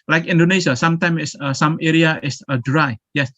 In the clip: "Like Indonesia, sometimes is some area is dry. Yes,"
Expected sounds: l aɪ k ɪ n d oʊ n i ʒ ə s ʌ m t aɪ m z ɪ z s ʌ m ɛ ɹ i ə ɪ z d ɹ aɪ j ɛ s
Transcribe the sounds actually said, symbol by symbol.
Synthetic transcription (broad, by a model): l aɪ k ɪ n d oʊ n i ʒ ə s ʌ m t aɪ m ɪ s s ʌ m ɛ ɹ i ə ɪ s d ɹ aɪ j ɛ s